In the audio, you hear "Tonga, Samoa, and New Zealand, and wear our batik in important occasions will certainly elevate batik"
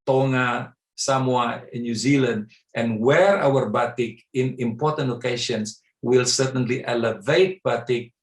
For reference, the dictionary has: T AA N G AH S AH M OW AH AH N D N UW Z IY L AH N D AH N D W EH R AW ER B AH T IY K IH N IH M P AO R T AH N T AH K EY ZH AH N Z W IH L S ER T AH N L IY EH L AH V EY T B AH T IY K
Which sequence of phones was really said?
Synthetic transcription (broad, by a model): T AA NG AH S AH M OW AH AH N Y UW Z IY L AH N D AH N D W EH R AW ER B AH T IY K IH N IH M P AO R T AH N T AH K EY SH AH N S W IH L S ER T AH N L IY EH L AH V EY T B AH T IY K